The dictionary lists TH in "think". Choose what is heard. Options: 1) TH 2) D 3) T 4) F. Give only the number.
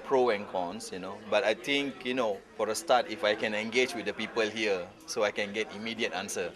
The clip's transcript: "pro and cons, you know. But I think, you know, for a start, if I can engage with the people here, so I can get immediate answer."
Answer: 3